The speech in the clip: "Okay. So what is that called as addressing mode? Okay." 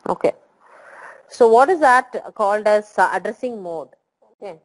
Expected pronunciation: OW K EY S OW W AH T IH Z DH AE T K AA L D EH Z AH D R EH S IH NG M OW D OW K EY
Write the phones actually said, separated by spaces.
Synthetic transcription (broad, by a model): OW K EY S OW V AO T IH Z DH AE T K AA L D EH S AH D R EH S IH NG M OW D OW K EY